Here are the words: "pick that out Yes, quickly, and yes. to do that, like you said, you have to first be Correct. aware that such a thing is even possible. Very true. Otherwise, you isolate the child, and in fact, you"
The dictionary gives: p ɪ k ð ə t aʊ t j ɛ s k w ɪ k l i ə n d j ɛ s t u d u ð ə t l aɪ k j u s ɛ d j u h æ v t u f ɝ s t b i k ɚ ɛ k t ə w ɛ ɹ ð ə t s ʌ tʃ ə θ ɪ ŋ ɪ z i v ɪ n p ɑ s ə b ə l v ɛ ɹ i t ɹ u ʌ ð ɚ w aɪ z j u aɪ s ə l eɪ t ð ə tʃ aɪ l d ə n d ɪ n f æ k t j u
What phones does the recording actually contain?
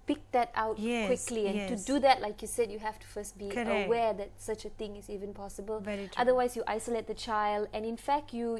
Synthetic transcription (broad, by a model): p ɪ k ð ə t aʊ t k k w ɪ k l i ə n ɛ t u d u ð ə t l aɪ k j u s ɛ d j u h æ f t u f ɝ s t b i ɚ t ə w ɛ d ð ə t s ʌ tʃ ə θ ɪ ŋ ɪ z i v ɪ n p ɑ s ə b ə l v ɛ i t ɑ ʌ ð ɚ w aɪ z j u aɪ s ə l eɪ t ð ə tʃ aɪ l d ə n ɪ n f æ k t j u